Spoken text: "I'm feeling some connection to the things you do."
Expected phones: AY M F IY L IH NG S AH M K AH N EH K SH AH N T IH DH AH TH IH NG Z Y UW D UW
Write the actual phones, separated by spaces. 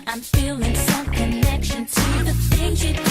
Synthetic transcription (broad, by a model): AY M F IY L IH NG S AH M K AH N EH K SH AH N T IH DH AH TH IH Z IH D